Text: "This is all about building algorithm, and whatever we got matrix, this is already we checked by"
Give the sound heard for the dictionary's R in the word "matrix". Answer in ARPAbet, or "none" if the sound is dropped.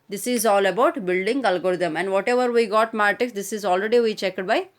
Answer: none